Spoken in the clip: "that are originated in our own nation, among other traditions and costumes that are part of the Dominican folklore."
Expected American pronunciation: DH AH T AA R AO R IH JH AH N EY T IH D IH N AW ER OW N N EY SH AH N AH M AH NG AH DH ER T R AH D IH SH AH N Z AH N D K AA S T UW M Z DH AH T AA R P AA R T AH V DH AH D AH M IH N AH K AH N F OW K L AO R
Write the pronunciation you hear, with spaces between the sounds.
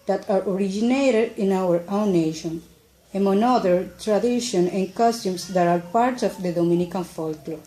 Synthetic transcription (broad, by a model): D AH T AA R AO R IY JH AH N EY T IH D IH N AW ER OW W N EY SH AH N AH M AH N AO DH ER T R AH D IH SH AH N AH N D K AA S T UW M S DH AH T AA R P AA R T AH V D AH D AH M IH N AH K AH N F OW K L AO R